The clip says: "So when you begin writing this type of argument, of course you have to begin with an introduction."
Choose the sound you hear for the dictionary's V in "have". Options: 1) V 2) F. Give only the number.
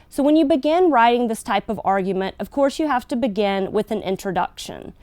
2